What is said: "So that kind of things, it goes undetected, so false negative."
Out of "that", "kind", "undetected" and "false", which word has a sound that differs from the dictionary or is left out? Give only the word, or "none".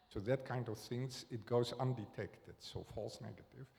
none